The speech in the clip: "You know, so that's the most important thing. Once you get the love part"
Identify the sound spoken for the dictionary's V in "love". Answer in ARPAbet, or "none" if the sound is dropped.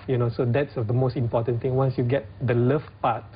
F